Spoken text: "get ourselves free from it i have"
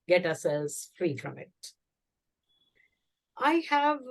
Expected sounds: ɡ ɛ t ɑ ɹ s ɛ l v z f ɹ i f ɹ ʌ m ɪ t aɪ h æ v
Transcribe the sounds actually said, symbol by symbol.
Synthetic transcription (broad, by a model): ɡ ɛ t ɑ s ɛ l z f ɹ i f ɹ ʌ m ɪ t aɪ h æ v